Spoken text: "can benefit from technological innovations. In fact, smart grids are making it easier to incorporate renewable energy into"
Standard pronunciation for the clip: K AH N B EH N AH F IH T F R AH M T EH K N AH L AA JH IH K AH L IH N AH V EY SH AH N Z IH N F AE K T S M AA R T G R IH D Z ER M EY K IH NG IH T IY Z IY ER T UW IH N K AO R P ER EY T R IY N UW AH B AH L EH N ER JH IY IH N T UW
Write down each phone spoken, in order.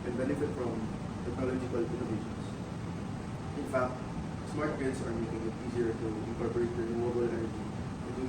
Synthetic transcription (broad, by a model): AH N B EH N AH F IH T F R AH M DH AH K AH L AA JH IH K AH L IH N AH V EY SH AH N S IH N F AE K T S M AA R T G IH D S ER M EY K IH NG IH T IY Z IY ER T UW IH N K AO R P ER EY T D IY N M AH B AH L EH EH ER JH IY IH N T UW